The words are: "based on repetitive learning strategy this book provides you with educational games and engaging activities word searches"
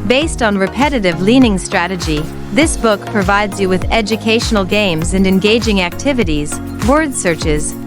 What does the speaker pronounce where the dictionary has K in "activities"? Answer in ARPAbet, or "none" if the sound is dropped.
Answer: K